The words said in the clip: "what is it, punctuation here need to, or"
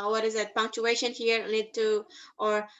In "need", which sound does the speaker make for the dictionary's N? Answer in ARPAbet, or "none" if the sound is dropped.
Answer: L